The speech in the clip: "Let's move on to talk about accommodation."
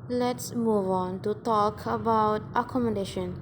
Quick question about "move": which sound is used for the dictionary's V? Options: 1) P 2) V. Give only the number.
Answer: 2